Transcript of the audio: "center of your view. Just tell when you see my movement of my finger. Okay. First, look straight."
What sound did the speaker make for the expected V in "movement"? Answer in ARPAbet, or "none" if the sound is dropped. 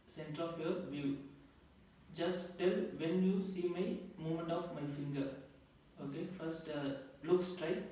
none